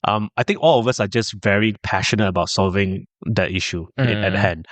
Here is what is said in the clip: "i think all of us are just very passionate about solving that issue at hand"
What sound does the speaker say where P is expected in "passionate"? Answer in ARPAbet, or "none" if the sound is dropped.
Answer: P